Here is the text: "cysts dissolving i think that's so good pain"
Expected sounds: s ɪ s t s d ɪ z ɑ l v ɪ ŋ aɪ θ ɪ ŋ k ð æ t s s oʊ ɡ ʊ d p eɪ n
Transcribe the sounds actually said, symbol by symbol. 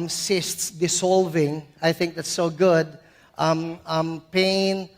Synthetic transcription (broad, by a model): s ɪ s t s d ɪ s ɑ l v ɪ ŋ aɪ θ ɪ ŋ k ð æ t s s oʊ ɡ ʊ d p eɪ n